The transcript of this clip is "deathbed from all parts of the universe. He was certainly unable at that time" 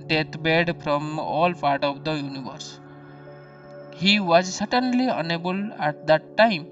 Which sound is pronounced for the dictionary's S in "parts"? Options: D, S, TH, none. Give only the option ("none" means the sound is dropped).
none